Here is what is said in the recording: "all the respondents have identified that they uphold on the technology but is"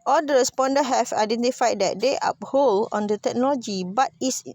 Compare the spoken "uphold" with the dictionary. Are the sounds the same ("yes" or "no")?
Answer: no